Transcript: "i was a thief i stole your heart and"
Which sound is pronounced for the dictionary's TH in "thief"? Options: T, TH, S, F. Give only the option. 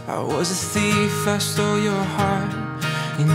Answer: S